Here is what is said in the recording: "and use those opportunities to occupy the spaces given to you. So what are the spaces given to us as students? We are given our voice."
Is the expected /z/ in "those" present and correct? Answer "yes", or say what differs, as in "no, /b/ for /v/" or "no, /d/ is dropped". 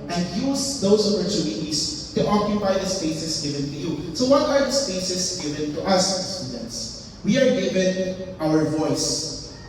no, /s/ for /z/